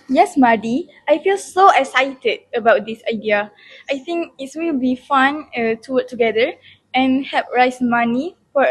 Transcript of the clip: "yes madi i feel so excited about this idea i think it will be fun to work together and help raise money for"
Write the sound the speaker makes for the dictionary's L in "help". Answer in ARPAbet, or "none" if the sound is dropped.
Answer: none